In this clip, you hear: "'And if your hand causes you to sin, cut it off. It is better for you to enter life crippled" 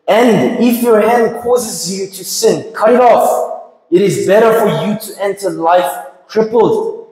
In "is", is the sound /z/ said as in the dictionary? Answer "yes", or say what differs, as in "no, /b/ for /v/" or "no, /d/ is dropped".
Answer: yes